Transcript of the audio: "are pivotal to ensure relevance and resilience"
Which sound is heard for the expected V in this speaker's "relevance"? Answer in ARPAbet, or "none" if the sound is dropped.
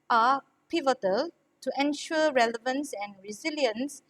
V